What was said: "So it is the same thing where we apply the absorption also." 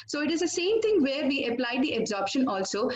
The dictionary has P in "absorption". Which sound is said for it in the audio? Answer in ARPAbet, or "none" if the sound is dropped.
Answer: P